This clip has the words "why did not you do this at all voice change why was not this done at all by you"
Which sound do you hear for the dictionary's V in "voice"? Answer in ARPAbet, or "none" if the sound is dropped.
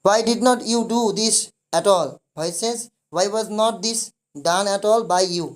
B